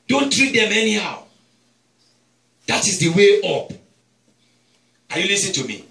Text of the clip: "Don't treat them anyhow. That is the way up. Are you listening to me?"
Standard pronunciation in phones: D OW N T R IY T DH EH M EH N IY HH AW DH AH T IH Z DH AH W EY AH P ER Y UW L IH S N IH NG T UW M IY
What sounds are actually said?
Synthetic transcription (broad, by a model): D OW N T R IY T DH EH M EH N IY HH AW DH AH T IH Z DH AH W EY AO P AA Y UW L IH S IH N T UW M IY